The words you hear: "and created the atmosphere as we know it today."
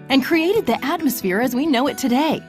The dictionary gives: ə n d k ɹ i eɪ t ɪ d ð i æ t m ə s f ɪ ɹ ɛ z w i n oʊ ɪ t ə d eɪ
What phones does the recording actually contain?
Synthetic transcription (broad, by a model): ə n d k ɹ i eɪ t ɪ d ð i æ t m ə s f ɪ ɹ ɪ z w i n oʊ ɪ t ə d eɪ